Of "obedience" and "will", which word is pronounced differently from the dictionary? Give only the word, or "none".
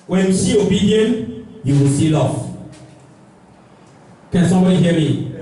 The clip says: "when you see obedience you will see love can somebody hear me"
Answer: obedience